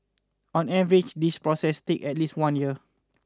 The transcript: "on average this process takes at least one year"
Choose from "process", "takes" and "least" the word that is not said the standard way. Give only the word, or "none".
takes